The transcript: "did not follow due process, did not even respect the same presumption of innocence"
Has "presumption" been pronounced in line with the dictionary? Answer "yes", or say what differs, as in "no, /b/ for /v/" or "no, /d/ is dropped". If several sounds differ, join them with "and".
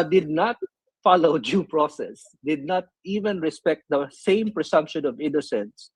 no, /s/ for /z/